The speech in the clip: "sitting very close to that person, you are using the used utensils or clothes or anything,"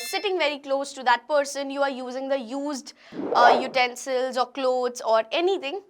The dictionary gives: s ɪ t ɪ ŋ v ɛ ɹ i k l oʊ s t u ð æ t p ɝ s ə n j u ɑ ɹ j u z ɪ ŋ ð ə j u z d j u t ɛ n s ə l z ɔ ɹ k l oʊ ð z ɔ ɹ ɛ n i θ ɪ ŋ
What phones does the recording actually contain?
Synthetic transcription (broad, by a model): s ɪ t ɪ ŋ v ɛ ɹ i k l oʊ s t u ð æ t p ɝ s ə n j u ɑ ɹ j u z ɪ ŋ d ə j u z d j u t ɛ n s ə l z ɔ ɹ k l oʊ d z ɔ ɹ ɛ n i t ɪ ŋ